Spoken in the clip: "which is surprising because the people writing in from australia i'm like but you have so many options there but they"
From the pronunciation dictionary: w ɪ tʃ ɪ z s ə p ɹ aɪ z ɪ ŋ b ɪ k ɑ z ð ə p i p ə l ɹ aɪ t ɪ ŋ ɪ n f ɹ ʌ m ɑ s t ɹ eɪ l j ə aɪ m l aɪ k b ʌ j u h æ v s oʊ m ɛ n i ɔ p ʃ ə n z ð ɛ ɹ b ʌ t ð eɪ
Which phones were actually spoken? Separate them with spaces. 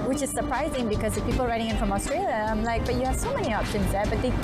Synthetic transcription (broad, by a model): w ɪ tʃ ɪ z s ə p ɹ aɪ z ɪ ŋ b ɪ k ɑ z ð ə p i p ə l ɹ aɪ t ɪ ŋ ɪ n f ɹ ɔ m ɑ s t ɹ eɪ l j ə aɪ m l aɪ k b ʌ j u h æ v s oʊ m ɛ n i ɔ p ʃ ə n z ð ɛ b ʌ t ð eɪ